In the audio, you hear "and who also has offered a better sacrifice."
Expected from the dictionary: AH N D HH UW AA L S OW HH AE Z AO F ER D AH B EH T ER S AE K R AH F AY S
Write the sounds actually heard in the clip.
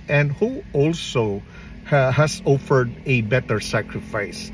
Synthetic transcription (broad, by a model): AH N D HH UW AA L S OW HH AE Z AO F ER D AH B EH T ER S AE K R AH F AY S